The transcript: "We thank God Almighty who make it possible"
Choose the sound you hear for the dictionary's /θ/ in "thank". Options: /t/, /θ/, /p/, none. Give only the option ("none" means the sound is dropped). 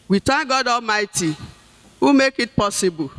/t/